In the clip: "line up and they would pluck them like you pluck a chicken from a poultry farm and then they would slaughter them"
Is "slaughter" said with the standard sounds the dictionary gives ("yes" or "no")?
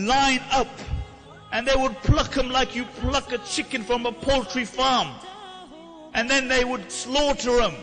yes